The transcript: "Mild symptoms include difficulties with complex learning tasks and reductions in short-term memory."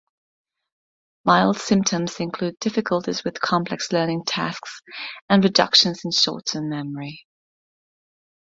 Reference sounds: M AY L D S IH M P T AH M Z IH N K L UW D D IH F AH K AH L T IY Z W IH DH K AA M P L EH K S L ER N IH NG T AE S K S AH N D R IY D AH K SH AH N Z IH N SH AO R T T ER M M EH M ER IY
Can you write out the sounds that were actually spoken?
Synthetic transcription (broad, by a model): M AY L D S IH M P T AH M Z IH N K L UW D D IH F AH K AH L T IY Z W IH DH K AA M P L EH K S L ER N IH NG T AE S K S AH N R IY D AH K SH AH N Z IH N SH AO T S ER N M EH M ER IY